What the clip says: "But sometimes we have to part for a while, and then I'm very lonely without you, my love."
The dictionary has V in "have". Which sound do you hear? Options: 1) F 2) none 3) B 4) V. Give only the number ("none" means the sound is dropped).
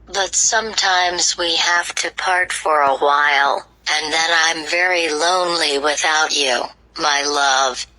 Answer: 1